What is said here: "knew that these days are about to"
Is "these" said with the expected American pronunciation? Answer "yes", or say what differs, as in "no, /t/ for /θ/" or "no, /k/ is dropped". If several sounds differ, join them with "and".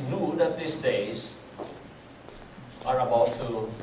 no, /s/ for /z/